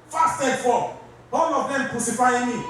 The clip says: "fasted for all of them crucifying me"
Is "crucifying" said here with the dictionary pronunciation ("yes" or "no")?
no